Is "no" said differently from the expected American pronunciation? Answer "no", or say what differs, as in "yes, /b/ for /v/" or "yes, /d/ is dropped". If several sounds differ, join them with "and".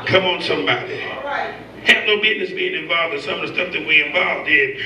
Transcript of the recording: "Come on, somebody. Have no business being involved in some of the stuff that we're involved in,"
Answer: no